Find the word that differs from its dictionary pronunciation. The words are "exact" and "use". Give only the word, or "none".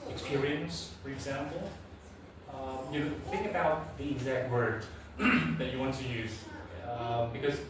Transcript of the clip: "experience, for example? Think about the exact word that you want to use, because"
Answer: none